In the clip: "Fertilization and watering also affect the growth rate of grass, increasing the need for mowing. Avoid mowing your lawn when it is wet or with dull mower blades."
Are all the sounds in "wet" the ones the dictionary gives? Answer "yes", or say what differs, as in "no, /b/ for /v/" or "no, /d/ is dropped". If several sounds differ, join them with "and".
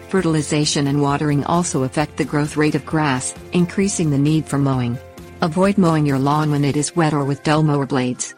yes